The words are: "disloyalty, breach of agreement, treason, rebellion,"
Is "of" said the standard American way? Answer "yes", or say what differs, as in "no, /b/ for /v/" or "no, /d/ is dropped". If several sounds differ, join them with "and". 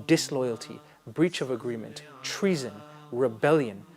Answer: yes